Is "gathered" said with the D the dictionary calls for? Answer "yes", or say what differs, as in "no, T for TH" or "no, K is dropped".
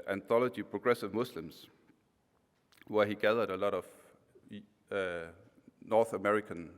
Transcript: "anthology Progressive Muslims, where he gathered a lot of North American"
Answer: yes